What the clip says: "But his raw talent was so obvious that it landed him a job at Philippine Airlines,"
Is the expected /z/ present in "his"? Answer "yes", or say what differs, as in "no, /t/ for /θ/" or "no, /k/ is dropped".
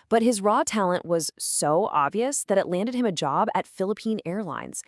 yes